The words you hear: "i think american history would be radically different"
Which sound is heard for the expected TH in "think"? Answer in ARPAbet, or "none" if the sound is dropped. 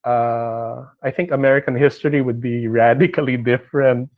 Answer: TH